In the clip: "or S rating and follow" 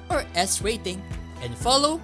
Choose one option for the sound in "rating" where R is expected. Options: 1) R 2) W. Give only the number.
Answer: 2